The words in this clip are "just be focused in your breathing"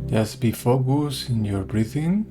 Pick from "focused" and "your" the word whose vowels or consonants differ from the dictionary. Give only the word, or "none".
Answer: focused